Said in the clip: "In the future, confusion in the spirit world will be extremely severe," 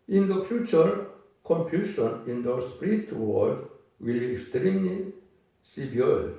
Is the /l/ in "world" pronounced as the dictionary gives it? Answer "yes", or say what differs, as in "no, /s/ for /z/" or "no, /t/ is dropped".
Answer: no, /l/ is dropped